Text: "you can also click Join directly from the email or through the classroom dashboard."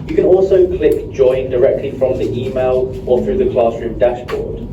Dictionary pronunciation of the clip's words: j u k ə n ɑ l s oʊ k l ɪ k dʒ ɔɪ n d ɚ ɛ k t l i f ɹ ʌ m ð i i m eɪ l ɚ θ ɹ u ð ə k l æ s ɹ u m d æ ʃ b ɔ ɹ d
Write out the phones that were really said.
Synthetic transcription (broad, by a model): j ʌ k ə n ɑ l s oʊ k l ɪ k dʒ ɔɪ n d ɚ ɛ k t l i f ɹ ʌ m ð i i m eɪ l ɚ θ ɹ u ð ə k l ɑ s ɹ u m d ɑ ʃ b ɔ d